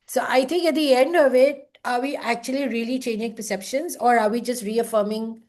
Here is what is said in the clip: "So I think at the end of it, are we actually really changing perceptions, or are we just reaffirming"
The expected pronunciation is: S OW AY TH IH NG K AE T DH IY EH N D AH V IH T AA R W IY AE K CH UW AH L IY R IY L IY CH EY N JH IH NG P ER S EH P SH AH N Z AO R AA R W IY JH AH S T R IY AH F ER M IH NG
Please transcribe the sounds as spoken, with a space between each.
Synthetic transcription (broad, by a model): S OW AY T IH NG K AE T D IY EH N D AH V IH T AA R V IY AE K CH UW AH L IY R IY L IY CH EY N JH IH NG P ER S EH P SH AH N Z AO R AA R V IY JH AH S T R IY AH F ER M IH NG